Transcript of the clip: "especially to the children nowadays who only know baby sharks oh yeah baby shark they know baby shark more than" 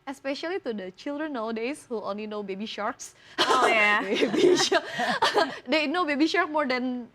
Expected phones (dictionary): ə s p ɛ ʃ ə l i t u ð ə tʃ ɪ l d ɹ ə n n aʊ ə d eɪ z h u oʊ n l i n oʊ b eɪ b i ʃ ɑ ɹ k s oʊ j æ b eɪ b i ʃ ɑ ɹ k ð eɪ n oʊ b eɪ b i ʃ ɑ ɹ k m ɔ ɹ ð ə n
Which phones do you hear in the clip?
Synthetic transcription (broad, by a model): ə s p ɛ ʃ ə l i t u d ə tʃ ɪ l d ɹ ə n n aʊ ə d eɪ s h u oʊ n l i n oʊ b eɪ b i ʃ ɑ ɹ k s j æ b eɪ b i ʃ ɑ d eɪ n oʊ b eɪ b i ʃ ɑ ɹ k m ɔ ɹ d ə n